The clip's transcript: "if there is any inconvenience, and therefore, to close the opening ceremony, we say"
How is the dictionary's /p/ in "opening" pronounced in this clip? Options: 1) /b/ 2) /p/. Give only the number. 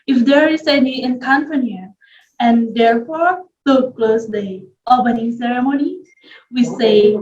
1